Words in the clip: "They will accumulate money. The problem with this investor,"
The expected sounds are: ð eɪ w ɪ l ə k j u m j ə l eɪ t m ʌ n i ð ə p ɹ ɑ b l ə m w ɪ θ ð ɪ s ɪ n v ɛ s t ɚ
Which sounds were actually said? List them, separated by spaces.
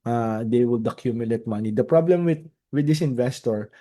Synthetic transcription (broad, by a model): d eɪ w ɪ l ə k j u m j ə l eɪ t m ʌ n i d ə p ɹ ɑ b l ə m w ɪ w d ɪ s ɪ n v ɛ s t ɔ